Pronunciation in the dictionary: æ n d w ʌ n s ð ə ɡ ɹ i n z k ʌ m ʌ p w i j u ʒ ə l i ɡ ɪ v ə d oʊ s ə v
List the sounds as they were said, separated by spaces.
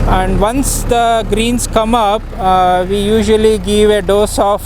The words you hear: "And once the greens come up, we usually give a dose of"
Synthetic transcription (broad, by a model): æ n d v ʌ n s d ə ɡ ɹ i n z k ʌ m ʌ p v i j u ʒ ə l i ɡ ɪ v ə d oʊ s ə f